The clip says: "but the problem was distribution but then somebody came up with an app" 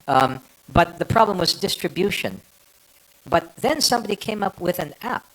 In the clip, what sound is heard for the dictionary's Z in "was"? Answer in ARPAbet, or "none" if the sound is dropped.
Z